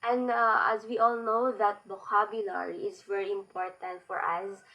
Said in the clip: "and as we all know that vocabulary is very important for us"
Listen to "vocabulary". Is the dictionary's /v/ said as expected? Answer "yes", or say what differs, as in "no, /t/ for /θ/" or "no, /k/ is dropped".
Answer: no, /b/ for /v/